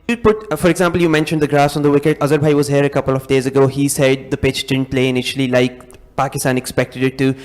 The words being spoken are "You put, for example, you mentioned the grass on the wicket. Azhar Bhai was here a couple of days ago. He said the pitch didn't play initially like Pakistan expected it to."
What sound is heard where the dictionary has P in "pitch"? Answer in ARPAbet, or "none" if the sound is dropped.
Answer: P